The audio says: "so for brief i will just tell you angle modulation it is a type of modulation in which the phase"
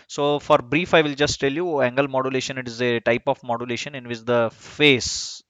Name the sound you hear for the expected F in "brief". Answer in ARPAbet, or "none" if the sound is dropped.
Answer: F